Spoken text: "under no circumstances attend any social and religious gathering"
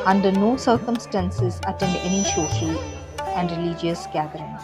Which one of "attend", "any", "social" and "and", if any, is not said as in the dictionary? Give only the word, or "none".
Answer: social